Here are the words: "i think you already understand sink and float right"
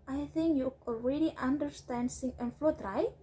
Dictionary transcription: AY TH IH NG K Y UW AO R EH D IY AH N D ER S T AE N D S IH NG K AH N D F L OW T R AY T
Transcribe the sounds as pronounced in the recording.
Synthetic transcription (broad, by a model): AY TH IH NG K Y UW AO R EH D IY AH N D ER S T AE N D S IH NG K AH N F L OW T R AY